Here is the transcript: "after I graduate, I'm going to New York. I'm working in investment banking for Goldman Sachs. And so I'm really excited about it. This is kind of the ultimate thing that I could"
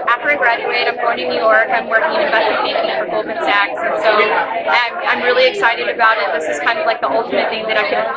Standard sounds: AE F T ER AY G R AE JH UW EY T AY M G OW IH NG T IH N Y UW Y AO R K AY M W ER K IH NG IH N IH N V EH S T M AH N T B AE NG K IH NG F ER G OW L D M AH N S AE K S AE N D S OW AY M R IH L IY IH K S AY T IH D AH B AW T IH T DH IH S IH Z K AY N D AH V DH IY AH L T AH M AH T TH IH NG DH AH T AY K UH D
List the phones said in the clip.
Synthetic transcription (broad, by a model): AE F T ER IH G R AE JH UW EY T AY M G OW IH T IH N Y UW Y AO R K AY M W ER K IH NG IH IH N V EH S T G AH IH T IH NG IH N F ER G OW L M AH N S AE K S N S OW AY M R IH L IY IH K S AY T IH D AH B AW T IH T DH IH S IH Z K AY N D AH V DH IY AH L T AH M AH T TH IH NG DH AH T AY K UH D